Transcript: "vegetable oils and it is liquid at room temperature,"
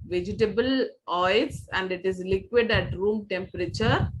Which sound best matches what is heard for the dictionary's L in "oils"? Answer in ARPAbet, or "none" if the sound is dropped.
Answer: none